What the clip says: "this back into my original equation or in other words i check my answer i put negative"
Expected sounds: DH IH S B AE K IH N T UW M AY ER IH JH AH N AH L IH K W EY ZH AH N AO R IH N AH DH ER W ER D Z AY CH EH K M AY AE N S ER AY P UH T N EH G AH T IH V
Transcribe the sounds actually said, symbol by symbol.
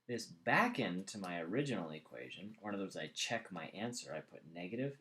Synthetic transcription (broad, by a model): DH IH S B AE K IH N T UW M AY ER IH JH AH N L IH K W EY ZH AH N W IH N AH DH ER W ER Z AY CH EH K M AY AE N S ER AY P UH T N EH G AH T IH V